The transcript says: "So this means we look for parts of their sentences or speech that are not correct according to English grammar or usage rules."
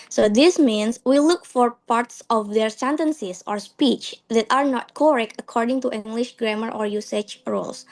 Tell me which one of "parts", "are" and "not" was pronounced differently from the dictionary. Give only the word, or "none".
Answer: none